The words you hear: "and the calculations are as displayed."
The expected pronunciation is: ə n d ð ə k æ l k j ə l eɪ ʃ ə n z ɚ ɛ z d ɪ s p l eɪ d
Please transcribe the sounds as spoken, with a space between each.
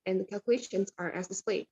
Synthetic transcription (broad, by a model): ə n ð ə k æ l k j ə l eɪ ʃ ə n z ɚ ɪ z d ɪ s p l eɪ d